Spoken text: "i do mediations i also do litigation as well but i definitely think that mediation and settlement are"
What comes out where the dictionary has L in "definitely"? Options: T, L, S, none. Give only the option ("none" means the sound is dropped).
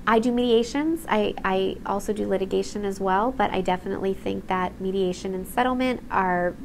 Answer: L